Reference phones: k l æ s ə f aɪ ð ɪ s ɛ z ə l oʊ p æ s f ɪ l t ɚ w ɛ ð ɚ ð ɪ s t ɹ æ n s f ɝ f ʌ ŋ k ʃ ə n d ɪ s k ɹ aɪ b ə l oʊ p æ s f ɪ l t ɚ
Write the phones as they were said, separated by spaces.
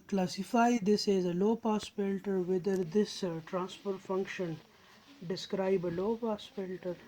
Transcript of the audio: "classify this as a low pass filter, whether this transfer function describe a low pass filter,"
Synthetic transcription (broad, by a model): k l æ s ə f aɪ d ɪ s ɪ z ə l oʊ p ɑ s p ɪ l t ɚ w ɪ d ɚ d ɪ s t ɹ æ n s p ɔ f ʌ ŋ k ʃ ə n d ɪ s k ɹ aɪ b ə l oʊ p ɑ s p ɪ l t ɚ